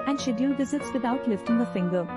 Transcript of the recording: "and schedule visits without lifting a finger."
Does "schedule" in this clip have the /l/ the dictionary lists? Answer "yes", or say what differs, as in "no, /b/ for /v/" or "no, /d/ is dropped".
no, /n/ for /l/